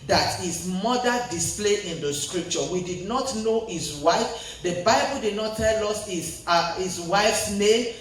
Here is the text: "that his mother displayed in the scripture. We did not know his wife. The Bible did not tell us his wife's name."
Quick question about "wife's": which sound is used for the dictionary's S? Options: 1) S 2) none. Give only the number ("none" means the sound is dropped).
1